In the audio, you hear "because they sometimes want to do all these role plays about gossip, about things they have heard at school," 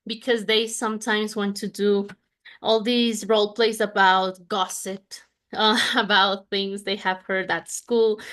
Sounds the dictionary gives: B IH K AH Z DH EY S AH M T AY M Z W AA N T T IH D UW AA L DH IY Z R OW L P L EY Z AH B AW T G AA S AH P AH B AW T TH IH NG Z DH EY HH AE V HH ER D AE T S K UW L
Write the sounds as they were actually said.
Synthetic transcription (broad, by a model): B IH K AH Z DH EY S AH M T AY M Z W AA N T T IH D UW AA L DH IY Z R OW L P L EY S AH B AW T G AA S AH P AH B AW T TH IH NG Z DH EY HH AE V HH ER D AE T S K UW L